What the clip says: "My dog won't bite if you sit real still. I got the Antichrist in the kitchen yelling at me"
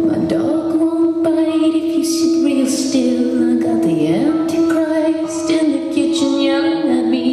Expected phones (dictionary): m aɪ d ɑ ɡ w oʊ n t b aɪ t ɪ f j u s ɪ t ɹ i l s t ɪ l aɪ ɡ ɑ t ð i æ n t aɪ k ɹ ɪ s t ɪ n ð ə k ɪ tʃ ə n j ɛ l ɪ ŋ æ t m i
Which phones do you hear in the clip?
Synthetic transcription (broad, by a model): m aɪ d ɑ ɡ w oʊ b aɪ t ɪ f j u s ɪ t ɹ i l s t ɪ l aɪ ɡ ɑ t ð i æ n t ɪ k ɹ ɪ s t ɪ n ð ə k ɪ tʃ ə n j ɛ ɪ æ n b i